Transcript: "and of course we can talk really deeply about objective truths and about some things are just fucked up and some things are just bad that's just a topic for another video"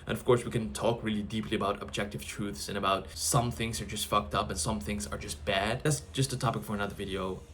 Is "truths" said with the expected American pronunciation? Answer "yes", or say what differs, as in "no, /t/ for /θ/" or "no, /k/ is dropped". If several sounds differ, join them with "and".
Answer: yes